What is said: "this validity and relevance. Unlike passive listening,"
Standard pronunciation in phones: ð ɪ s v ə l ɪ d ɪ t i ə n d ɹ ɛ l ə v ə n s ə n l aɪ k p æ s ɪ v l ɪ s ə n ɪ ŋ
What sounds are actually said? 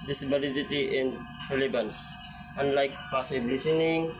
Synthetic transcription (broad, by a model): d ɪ s b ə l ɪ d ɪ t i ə n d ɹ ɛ l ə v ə n s ə n l aɪ k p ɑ s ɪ b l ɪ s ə n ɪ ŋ